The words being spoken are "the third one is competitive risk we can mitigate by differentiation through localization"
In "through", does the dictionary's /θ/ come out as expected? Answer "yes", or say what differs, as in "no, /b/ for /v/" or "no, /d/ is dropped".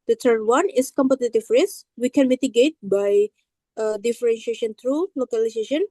no, /t/ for /θ/